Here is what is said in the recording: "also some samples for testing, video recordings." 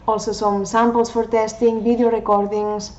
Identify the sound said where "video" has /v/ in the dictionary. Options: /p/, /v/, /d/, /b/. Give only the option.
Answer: /b/